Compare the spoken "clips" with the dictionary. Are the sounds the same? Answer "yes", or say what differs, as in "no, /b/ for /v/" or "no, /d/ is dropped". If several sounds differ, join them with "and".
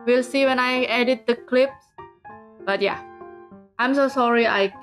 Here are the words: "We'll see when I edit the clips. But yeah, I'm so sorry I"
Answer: yes